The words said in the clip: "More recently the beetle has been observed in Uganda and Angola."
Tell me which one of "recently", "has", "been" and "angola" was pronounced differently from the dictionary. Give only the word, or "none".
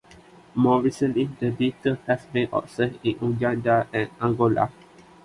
has